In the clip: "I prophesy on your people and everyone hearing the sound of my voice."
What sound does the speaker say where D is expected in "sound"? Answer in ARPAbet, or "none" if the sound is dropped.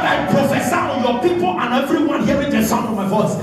none